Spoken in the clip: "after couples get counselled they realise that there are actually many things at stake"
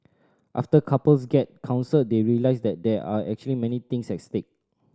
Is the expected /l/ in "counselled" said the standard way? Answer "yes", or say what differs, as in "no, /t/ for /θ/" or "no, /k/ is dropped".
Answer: no, /l/ is dropped